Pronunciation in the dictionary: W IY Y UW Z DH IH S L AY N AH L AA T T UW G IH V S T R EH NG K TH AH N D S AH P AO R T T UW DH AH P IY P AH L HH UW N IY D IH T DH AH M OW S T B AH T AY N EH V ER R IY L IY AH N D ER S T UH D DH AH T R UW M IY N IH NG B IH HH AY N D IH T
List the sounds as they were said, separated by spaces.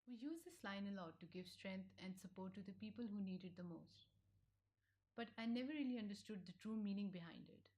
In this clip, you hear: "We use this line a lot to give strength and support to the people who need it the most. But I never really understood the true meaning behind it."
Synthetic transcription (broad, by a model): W IY Y UW Z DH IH S L AY N AH L AA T T UW G IH V S T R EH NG K T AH N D S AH P AO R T T UW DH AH P IY P AH L HH UW N IY D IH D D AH M OW S T B AH T AY N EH V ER R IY L IY AH N D ER S T UH D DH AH T R UW M IY N IH NG B IH HH AY N D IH T